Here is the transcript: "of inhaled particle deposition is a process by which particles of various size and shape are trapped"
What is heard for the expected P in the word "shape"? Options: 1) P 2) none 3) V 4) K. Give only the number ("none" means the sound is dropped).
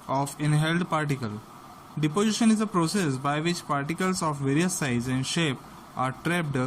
1